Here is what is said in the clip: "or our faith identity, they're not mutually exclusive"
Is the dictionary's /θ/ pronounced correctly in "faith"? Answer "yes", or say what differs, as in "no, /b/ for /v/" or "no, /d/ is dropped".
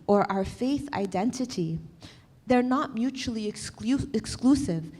yes